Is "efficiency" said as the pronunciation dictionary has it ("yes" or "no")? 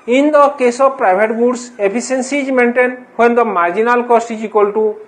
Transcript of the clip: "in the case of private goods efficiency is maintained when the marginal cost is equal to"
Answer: no